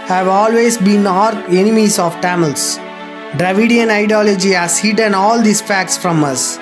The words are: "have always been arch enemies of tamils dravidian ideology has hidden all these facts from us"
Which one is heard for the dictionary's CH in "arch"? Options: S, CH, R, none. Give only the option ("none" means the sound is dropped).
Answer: none